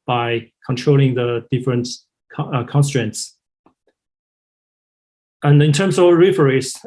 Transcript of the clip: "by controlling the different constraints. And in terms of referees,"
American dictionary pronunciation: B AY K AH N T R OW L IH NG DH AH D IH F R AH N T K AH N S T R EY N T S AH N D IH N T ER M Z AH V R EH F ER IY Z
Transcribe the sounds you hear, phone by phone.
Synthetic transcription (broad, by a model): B AY K AH N T R OW L IH NG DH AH D IH F R AH N T K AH N S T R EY N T S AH N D IH N T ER M S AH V R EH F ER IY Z